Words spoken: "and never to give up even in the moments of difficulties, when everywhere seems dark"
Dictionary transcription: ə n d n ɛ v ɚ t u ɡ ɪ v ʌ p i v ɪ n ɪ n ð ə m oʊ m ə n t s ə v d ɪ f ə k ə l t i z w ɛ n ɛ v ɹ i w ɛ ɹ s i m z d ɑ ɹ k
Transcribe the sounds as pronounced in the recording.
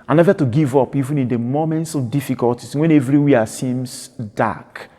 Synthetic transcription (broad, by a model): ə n n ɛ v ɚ t u ɡ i v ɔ p i v ɪ n ɪ n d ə m oʊ m ə n t s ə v d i f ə k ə l t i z w ɛ n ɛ v ɹ i w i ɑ s i m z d ɑ k